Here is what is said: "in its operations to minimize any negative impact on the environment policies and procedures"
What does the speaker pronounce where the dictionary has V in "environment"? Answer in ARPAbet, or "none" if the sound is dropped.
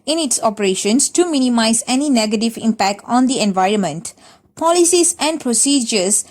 V